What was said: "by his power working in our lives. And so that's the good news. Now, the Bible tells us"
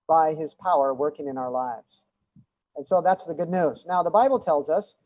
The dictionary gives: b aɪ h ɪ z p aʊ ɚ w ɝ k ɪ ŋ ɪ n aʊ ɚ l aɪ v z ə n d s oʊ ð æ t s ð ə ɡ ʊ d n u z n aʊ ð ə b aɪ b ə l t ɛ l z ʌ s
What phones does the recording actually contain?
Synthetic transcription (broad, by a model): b aɪ ɪ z p aʊ ɚ w ɝ k ɪ ŋ ɪ n aʊ ɚ l aɪ v z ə n s oʊ ð æ t s ð ə ɡ ʊ d n u z n aʊ ð ə b aɪ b l t ɛ l z ʌ s